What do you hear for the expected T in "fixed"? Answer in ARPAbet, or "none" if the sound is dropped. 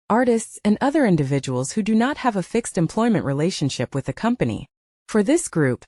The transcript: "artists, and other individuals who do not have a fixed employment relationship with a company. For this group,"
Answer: T